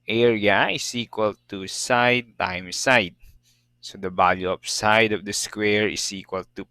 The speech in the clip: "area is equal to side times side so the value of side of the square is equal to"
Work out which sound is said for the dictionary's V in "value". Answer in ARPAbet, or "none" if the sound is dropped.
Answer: B